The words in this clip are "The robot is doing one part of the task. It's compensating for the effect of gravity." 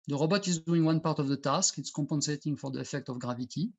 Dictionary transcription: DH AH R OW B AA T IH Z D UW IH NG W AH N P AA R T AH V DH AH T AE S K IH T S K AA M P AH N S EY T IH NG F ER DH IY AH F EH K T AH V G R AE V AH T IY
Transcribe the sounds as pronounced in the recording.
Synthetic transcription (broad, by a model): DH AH R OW B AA T IH Z D UW IH NG W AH N P AA R T AH V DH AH T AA S K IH T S K AA M P AH N S EY T IH NG F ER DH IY AH F EH K T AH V G R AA V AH T IY